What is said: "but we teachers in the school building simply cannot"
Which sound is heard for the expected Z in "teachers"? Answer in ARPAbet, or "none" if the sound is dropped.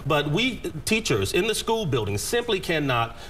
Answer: Z